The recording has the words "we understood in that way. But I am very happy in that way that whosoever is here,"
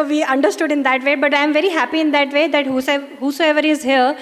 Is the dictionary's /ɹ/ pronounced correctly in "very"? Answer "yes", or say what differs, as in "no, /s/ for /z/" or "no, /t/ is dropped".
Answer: yes